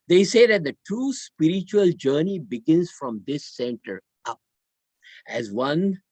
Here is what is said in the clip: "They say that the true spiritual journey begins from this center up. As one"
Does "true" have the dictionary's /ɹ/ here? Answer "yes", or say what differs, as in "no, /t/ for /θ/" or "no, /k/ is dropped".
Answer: no, /ɹ/ is dropped